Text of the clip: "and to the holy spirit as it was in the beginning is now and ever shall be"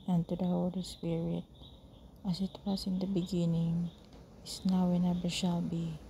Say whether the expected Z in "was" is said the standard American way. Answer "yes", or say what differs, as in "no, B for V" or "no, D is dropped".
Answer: no, S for Z